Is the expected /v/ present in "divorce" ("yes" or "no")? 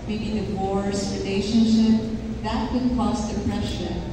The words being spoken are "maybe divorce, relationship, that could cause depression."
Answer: no